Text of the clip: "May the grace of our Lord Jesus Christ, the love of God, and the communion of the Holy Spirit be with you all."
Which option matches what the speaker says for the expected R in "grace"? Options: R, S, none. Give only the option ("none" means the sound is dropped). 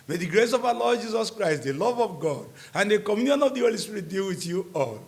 R